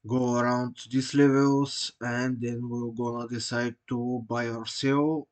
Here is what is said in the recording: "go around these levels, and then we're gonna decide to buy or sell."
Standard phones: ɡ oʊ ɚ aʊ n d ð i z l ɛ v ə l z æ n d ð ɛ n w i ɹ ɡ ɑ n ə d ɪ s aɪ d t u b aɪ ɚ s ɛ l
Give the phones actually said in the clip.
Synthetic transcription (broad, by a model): ɡ oʊ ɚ aʊ n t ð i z l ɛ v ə l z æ n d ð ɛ n w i l ɡ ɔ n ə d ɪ s aɪ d t u b aɪ ɚ s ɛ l